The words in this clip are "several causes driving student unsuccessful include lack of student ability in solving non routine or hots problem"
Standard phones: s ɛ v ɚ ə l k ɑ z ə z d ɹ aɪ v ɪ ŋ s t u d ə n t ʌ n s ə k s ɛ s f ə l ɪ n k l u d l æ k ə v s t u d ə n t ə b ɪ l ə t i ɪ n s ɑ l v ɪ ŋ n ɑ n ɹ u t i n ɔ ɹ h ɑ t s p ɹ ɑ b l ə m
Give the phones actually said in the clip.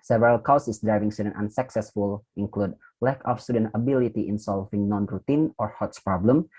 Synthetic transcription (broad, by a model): s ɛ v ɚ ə l k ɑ s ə s d ɹ aɪ v ɪ ŋ s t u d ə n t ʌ n s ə k s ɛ s f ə l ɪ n k l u d l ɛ k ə f s t u d ə n t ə b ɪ l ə t i ɪ n s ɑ l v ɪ ŋ n ɑ n ɹ u t i n ɔ ɹ h ɑ t s p ɹ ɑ b l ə m